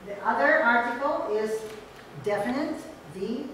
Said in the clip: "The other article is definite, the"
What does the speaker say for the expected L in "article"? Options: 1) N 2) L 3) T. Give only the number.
2